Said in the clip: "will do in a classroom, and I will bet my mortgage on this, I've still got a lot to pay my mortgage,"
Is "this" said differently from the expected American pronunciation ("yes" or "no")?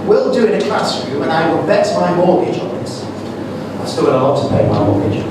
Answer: yes